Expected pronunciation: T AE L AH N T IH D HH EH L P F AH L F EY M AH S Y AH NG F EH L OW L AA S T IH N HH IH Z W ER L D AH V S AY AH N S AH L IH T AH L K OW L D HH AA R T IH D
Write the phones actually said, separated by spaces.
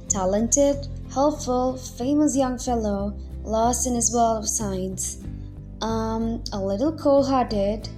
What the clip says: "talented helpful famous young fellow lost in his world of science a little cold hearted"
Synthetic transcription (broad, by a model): T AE L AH N T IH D HH EH L P F AH L F EY M AH S Y AH NG F EH L OW L AA S T IH N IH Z W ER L AH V S AY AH N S AH L IH T L K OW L HH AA R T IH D